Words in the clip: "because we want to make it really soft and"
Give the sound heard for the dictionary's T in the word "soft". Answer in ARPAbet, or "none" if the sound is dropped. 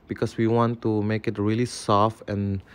none